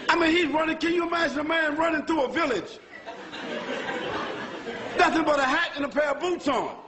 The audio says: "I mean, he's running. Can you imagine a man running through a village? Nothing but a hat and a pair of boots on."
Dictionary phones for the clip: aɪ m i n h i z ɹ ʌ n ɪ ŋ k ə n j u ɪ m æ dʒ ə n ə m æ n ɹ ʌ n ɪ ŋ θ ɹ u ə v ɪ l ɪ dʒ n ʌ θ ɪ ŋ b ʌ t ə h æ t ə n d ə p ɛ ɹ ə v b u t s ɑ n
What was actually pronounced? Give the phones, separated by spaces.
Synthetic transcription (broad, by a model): aɪ m i n h i z ɹ ʌ n ɪ ŋ k ə n j ɪ m æ dʒ ə n ə m æ n ɹ ʌ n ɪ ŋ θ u ə v ɪ l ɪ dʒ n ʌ s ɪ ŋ b ʌ t ə h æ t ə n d ə p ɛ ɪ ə b u t s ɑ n